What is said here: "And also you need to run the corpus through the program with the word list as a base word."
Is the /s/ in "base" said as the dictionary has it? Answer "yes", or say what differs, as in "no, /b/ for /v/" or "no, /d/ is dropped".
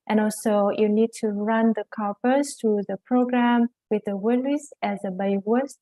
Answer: no, /s/ is dropped